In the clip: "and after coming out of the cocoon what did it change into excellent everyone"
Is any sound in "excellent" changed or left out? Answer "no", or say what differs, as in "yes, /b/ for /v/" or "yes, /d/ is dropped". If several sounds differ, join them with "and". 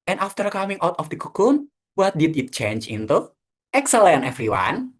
yes, /t/ is dropped